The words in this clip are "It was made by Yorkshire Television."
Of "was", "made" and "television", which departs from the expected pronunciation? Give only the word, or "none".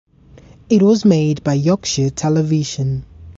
none